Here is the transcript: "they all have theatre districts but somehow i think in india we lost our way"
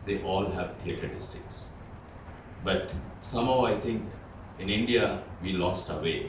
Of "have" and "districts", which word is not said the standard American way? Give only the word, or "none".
districts